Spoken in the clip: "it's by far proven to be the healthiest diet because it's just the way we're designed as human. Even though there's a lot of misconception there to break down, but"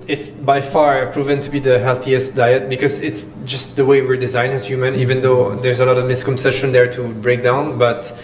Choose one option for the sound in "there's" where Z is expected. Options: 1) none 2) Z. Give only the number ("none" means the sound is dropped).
2